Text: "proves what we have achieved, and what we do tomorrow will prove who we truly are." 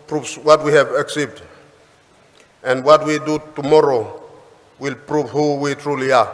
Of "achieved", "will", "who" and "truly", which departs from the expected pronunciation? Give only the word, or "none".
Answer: achieved